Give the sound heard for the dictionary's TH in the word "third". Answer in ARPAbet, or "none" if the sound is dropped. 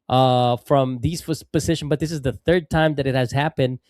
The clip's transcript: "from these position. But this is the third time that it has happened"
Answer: TH